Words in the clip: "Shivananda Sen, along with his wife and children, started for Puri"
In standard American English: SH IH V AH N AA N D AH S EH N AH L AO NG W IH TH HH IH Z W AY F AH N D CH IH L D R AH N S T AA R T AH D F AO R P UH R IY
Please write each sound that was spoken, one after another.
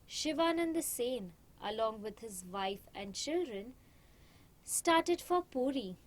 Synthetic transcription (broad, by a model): SH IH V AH N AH N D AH S EH N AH L AO NG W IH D HH IH Z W AY F AH N D CH IH L D R AH N S T AA R T AH D F AO R P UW R IY